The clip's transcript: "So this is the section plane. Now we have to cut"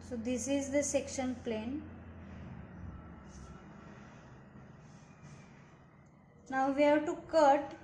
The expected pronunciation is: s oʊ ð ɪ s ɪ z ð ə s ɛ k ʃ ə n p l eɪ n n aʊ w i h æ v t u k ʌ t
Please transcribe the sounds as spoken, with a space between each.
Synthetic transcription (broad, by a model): s oʊ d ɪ s ɪ z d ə s ɛ k ʃ ə n p l eɪ n n aʊ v i h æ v t u k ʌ t